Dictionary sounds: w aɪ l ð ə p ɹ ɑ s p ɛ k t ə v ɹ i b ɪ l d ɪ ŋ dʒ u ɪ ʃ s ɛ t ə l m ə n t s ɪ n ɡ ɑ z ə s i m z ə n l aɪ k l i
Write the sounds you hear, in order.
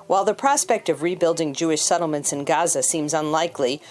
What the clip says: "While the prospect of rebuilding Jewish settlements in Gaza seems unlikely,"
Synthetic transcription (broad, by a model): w aɪ l ð ə p ɹ ɑ s p ɛ k t ə v ɹ i b ɪ l d ɪ ŋ dʒ u ɪ ʃ s ɛ t l m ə n t s ɪ n ɡ ɑ z ə s i m z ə n l aɪ k l i